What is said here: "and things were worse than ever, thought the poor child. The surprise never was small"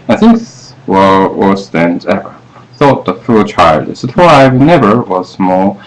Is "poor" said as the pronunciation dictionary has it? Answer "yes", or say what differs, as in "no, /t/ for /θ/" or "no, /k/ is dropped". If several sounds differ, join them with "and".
no, /f/ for /p/ and /l/ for /ɹ/